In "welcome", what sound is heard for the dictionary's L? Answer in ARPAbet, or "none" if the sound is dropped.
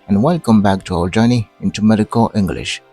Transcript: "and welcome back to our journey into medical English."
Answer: L